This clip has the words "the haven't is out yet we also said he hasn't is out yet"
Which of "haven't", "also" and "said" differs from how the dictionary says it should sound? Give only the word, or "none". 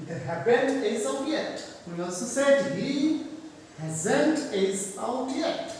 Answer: haven't